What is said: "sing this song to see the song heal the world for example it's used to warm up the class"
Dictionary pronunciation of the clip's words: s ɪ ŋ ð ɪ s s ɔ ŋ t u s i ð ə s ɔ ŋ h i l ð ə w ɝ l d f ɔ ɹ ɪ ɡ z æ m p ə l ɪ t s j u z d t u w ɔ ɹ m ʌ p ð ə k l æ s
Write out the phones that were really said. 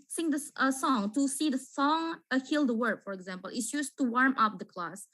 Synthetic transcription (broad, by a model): s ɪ ŋ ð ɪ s s ɔ ŋ t u s i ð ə s ɔ ŋ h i l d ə w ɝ d f ɔ ɹ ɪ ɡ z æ m p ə l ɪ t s j u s t u w ɔ ɹ m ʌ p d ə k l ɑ s